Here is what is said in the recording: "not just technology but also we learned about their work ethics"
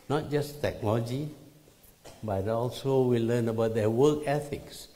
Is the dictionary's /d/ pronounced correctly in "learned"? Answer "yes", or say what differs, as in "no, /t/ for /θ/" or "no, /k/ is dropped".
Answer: no, /d/ is dropped